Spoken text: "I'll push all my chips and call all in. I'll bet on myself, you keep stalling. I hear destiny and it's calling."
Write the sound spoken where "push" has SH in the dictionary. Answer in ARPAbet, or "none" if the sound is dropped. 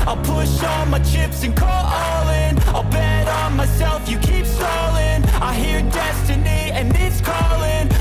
SH